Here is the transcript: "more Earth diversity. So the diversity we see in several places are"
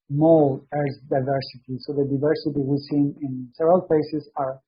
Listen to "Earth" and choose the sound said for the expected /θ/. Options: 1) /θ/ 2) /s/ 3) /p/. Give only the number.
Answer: 2